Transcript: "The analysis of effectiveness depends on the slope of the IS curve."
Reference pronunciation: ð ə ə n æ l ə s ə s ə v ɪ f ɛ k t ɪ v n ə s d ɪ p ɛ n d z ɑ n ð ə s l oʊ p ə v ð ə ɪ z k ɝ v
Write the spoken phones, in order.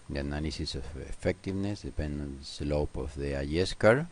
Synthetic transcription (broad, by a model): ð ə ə n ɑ l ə s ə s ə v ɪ f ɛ k t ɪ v n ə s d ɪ p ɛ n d ɑ n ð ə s l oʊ p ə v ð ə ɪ s k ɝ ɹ